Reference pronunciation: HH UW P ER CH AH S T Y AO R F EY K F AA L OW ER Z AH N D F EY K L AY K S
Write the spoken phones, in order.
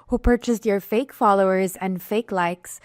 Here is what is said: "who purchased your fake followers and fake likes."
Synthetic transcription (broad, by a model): HH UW P ER CH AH S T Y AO R F EY K F AA L OW ER Z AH N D F EY K L AY K S